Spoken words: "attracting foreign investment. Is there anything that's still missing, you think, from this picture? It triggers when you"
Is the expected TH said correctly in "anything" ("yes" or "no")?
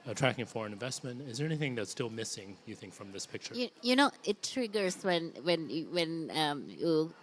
yes